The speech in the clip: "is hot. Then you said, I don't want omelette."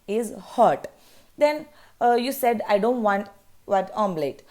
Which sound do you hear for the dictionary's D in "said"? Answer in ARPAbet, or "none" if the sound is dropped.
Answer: D